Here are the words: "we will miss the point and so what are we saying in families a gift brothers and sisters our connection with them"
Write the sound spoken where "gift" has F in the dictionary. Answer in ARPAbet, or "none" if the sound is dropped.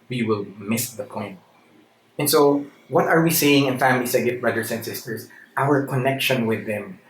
none